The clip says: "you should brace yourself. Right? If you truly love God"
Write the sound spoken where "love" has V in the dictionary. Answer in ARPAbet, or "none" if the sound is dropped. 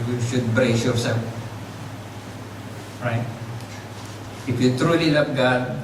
P